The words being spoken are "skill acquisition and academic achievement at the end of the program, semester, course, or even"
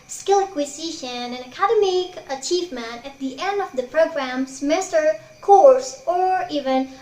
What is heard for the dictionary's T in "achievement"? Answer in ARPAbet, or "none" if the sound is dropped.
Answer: none